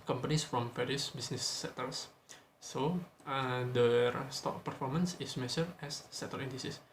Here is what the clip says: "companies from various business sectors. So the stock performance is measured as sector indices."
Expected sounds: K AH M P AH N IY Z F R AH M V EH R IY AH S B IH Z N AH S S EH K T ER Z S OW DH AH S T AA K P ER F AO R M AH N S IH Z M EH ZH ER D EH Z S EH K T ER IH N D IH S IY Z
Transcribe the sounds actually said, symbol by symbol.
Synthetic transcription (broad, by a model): K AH M P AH N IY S F R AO M F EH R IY S B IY S N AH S S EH T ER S S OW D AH S T AA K P ER F AO R M AH N S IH S M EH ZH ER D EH S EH T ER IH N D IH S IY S